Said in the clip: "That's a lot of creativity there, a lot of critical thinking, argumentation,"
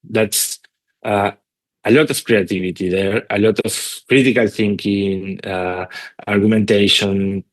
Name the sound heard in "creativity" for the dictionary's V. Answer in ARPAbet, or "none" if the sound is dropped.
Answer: B